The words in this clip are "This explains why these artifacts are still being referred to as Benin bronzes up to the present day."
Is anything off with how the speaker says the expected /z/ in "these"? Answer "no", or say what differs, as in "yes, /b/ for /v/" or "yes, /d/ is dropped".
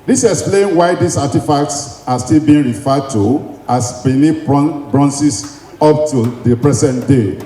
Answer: yes, /s/ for /z/